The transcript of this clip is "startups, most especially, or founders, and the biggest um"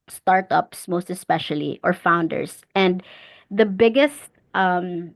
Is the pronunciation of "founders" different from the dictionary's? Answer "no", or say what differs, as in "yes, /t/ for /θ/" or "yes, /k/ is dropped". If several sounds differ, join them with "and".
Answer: yes, /s/ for /z/